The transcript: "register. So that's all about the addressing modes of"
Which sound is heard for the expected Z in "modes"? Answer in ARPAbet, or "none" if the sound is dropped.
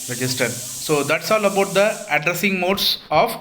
S